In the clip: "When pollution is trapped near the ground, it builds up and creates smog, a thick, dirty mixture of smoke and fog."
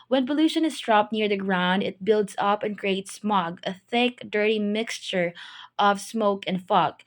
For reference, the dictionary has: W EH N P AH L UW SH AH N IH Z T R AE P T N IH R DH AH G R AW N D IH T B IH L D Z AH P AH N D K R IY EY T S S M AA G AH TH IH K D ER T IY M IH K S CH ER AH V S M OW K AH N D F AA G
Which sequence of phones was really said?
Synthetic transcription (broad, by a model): W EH N P AH L UW SH AH N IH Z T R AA P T N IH R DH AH G R AW N D IH T B IH L D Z AH P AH N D K R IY EY T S S M AA G AH TH IH K D ER T IY M IH K S CH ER AH V S M OW K AH N D F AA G